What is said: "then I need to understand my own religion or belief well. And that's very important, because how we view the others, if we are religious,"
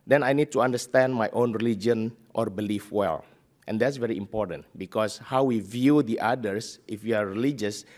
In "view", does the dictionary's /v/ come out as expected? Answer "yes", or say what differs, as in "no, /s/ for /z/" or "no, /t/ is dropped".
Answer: yes